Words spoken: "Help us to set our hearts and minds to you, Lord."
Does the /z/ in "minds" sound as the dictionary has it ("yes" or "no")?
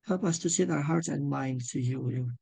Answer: no